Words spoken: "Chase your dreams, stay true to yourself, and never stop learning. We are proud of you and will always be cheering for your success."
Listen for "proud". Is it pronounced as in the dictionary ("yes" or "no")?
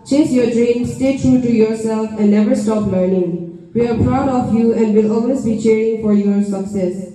yes